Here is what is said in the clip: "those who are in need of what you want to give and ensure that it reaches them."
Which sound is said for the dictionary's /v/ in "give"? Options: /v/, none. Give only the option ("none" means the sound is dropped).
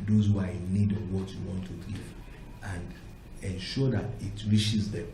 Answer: none